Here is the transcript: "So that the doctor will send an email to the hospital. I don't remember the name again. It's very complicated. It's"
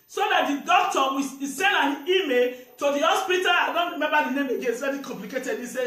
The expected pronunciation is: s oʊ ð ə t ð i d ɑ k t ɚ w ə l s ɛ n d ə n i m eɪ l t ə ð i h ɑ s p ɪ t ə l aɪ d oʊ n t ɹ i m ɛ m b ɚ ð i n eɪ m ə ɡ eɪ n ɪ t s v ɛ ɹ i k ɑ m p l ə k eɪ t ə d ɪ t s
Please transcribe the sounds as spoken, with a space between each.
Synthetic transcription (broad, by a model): s oʊ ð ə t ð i d ɑ k t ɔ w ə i s ɛ n d ə n i m eɪ l t ə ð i h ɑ s p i t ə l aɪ d oʊ n t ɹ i m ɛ m b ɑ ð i n eɪ m ə ɡ eɪ n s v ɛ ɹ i k ɑ m p l ə k eɪ t ə d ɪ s